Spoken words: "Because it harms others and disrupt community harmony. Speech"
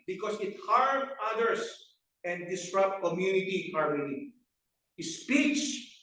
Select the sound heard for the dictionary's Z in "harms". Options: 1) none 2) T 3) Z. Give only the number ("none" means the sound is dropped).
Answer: 1